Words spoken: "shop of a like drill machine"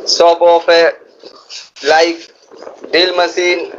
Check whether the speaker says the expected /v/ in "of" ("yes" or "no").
no